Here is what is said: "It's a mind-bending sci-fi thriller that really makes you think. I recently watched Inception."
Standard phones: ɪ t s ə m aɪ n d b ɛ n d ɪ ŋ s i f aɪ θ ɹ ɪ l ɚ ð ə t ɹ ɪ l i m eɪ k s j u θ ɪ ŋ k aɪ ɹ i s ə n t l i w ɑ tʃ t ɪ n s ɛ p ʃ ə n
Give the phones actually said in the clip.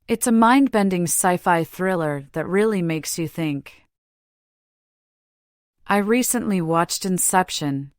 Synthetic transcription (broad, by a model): ɪ t s ə m aɪ n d b ɛ n d ɪ ŋ s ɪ f aɪ θ ɹ ɪ l ɚ ð ə t ɹ ɪ l i m eɪ k s j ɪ θ ɪ ŋ k aɪ ɹ i s ə n t l i w ɑ tʃ t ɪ n s ɛ p ʃ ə n